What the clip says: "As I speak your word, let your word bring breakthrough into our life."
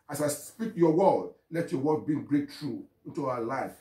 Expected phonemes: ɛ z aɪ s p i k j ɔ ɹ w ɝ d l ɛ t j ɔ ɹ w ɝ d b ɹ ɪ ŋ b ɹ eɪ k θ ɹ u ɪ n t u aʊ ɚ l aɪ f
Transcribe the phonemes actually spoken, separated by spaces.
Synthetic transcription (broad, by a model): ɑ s aɪ s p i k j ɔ w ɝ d l ɛ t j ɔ w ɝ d b i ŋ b ɹ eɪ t ɹ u ɪ n t u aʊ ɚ l aɪ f